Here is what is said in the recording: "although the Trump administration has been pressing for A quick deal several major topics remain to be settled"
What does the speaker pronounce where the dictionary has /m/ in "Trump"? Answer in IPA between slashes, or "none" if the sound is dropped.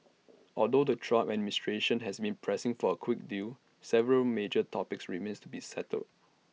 none